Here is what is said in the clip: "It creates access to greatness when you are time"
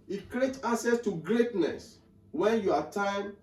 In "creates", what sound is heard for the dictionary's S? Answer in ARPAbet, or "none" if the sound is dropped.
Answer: none